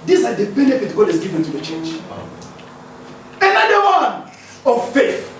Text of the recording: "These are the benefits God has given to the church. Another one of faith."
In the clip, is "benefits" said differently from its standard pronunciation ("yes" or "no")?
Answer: yes